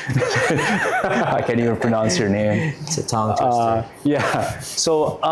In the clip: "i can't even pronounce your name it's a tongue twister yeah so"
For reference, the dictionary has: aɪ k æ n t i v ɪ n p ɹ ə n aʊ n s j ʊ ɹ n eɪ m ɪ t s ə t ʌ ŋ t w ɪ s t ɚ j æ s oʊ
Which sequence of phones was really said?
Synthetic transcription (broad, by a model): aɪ k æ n i v ɪ n p ɹ ə n aʊ n s j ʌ ɹ n eɪ ɪ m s ə t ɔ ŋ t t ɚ j æ s oʊ